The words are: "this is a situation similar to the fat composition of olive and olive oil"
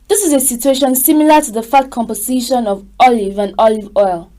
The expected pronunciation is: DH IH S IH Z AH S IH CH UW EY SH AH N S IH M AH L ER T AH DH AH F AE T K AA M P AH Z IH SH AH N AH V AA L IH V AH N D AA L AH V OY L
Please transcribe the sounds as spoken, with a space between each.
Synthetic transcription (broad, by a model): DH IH S IH Z AH S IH CH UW EY SH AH N S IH M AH L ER T AH DH AH F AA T K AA M P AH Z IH SH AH N AH V AA L IH V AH N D AA L AH V OY L